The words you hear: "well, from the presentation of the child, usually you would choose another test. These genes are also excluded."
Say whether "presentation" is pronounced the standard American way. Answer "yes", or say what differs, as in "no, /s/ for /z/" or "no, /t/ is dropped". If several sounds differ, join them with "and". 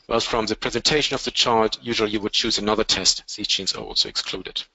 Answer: yes